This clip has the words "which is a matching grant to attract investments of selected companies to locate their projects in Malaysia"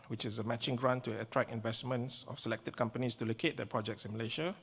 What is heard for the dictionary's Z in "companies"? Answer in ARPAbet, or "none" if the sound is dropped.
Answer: S